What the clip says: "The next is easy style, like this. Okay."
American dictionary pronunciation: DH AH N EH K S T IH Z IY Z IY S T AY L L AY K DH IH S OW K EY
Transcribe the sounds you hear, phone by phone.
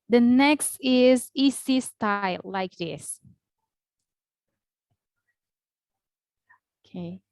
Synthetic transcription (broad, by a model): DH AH N EH K S T IH Z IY S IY S T AY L L AY K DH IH S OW K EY